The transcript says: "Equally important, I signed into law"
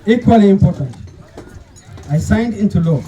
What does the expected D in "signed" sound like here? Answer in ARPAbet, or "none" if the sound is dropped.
D